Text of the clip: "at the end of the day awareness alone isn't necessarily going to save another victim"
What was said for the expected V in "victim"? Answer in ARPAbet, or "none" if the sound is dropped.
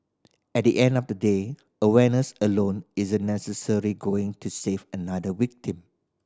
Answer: W